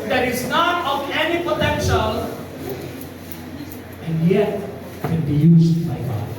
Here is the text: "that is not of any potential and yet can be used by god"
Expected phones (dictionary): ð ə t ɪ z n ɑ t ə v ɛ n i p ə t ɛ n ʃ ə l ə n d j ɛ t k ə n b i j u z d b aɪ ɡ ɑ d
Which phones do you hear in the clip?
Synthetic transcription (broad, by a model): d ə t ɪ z n ɑ t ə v ɛ n i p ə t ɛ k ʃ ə n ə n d j ɛ t k ə n b i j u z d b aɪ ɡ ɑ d